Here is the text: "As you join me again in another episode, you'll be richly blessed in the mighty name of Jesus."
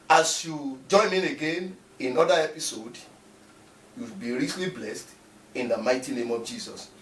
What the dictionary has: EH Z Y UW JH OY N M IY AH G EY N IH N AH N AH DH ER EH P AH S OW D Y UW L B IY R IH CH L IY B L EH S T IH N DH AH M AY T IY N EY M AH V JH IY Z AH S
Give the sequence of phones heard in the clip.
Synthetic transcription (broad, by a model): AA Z Y UW JH OY N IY AH G EY N IH N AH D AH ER EH P AH S OW D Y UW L B IY R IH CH L IY B L EH S T IH N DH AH M AY T IY N EY M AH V JH IY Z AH S